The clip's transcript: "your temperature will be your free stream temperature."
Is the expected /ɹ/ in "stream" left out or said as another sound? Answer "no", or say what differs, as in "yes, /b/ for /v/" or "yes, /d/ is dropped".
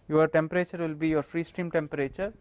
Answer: no